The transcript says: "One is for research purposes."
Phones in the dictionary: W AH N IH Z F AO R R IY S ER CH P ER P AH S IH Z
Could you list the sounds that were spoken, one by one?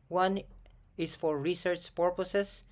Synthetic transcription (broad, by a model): W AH N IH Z F AO R R IY S ER CH P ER P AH S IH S